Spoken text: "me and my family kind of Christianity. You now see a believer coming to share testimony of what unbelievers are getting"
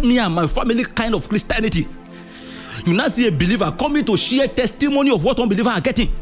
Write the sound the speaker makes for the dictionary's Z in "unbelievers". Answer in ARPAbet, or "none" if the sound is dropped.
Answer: none